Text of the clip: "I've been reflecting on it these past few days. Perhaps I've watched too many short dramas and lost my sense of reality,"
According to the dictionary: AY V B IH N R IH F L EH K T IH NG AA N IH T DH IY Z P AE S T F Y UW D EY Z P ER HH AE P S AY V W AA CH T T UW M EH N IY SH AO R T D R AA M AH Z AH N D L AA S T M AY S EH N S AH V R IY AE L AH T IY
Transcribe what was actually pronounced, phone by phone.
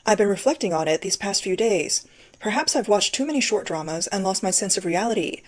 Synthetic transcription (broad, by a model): AY V B IH N R IH F L EH K T IH NG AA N IH T DH IY Z P AE S T F Y UW D EY Z P ER HH AE P S AY V W AA CH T T UW M EH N IY SH AO R T D R AA M AH Z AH N L AA S T M AY S EH N S AH V R IY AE L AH T IY